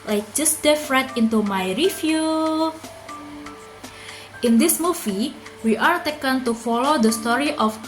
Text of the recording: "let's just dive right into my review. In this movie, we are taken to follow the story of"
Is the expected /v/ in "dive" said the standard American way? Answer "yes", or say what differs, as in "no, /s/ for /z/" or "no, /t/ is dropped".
no, /f/ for /v/